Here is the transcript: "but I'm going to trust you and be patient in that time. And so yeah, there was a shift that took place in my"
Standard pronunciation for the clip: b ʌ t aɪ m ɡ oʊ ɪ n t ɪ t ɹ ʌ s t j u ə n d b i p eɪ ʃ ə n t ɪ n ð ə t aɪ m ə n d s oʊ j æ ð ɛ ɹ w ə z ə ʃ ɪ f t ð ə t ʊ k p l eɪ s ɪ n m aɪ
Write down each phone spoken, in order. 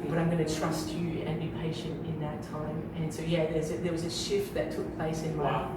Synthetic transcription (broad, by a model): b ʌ t aɪ m ɡ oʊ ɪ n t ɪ t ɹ ʌ s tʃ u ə n b i p eɪ ʃ ə n t ɪ n ð ə t aɪ m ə n s oʊ j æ ð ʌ ɹ w ə z ə ʃ ɪ f t ð ə t ʊ k p l eɪ s ɪ n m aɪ